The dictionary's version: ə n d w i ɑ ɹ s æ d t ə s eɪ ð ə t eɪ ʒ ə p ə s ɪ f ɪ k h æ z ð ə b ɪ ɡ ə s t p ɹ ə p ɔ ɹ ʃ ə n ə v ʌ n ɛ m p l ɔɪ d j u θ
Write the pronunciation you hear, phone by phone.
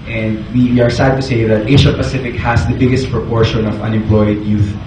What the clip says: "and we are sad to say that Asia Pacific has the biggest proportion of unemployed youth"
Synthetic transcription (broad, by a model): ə n d w i ɑ ɹ s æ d t ə s eɪ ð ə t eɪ ʃ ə p ə s ɪ f ɪ k h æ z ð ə b ɪ ɡ ə s t p ɹ ə p ɔ ɹ ʃ ə n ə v ʌ n ɛ m p l ɔɪ d j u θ